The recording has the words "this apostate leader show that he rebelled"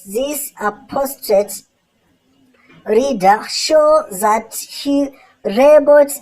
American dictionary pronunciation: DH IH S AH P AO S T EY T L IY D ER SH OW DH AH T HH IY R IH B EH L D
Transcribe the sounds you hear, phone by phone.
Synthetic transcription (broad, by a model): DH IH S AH P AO S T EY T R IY D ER SH OW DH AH T HH IY R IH B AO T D